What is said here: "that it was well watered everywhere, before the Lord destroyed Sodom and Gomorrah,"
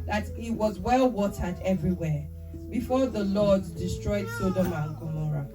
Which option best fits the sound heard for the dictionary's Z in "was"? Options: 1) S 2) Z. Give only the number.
2